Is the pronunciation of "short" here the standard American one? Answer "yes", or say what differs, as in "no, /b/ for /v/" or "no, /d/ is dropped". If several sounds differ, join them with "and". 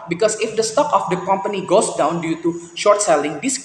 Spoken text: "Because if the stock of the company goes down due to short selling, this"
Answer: yes